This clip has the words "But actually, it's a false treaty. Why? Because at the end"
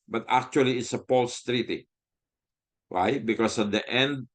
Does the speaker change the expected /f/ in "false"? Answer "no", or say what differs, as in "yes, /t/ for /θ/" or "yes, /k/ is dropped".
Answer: yes, /p/ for /f/